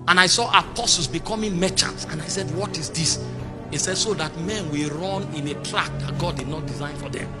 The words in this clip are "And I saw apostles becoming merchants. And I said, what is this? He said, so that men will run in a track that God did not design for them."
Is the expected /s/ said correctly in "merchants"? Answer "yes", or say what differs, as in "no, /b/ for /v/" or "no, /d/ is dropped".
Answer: no, /s/ is dropped